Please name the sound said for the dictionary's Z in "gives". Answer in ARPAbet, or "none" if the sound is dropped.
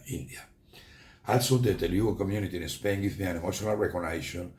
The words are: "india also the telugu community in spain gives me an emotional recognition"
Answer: none